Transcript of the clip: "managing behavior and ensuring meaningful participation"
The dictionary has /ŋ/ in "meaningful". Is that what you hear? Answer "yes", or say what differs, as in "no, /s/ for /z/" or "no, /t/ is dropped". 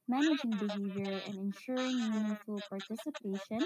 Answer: no, /ŋ/ is dropped